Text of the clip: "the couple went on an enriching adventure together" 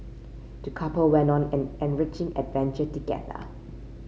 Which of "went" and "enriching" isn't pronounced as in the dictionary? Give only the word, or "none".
none